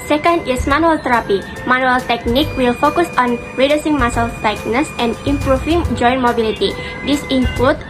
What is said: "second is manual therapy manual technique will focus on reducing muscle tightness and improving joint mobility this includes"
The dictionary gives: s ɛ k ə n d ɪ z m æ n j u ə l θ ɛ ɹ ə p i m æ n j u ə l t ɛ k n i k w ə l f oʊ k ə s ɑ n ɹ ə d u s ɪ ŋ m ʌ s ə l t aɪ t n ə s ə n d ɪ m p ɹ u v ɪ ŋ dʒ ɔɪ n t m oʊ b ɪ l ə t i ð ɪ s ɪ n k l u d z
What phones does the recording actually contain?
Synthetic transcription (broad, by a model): s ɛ k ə n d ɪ s m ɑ n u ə l t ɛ ɹ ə p i m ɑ n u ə l t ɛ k n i k w ə l f oʊ k ə s ɑ n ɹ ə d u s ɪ ŋ m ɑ s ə l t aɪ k n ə s ə n d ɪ m p ɹ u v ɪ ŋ dʒ ɔɪ n m oʊ b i l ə t i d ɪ s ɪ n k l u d